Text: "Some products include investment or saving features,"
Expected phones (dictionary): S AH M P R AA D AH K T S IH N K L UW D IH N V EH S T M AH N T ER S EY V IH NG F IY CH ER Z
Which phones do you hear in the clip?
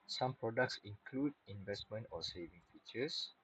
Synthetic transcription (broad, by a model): S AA M P R AA D AH K T S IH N K L UW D IH N V EH S T M AH N T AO S EY V IH NG F IY CH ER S